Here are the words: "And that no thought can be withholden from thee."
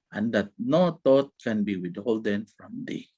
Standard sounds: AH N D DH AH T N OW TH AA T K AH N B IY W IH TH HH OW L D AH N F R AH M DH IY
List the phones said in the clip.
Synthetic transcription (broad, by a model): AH N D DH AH T N OW T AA T K AH N B IY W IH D HH OW L D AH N F R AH M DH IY